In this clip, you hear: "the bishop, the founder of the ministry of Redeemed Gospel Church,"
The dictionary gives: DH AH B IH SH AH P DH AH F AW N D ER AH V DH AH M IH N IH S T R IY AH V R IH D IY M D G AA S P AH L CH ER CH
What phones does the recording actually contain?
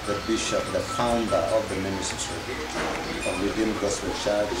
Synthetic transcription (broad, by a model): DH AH B IH SH AH P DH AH F AW N D ER AH V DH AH M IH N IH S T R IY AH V L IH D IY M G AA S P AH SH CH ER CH